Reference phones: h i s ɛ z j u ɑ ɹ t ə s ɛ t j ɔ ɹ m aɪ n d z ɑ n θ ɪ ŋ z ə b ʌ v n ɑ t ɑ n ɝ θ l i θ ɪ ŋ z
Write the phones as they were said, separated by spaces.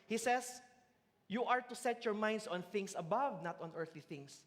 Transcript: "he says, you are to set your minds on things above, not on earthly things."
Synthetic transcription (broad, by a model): h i s ɛ s j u ɑ ɹ t ə s ɛ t j ɔ ɹ m aɪ n d s ɑ n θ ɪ ŋ s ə b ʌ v n ɑ t ɑ n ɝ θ l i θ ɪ ŋ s